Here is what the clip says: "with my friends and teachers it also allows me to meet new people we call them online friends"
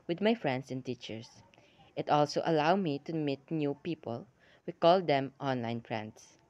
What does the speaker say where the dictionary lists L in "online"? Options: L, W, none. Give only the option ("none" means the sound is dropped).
L